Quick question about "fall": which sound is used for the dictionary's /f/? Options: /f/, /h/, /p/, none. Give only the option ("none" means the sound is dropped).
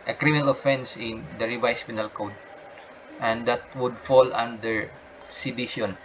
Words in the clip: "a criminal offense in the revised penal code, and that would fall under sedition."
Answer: /f/